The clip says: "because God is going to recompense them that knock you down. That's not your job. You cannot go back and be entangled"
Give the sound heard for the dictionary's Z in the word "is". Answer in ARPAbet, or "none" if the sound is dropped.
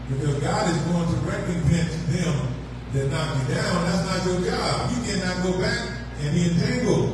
Z